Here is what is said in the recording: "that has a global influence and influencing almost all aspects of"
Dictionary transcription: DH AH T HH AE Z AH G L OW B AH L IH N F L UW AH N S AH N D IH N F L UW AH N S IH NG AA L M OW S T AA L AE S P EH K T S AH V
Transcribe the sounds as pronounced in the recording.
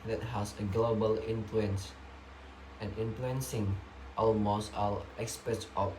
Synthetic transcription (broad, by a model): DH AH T HH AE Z AH G L OW B AH L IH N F L UW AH N S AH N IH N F L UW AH N S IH NG AA L M OW S T AA L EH S P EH T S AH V